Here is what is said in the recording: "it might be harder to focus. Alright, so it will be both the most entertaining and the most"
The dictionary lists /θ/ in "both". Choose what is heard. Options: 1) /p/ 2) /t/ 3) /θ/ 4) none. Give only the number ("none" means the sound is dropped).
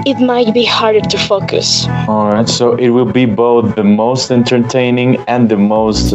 3